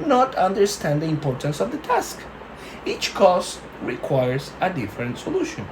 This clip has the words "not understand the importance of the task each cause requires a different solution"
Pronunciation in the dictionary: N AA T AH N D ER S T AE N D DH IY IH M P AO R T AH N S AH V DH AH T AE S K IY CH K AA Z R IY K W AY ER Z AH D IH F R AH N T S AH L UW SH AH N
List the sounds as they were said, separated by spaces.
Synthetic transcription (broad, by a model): N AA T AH N D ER S T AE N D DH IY IH M P AO R T AH N S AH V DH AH T AE S K IY CH K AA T R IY K W AY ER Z AH D IH F R AH N T S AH L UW SH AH N